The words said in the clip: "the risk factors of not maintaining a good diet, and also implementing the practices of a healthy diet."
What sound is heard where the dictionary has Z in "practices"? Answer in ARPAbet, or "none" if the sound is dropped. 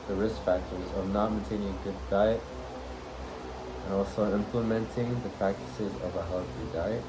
Z